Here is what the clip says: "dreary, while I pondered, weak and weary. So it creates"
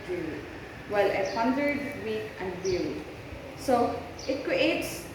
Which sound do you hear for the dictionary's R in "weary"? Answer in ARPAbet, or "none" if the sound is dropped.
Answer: L